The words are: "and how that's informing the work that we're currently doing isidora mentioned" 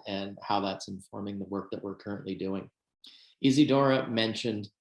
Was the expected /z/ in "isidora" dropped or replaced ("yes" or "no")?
no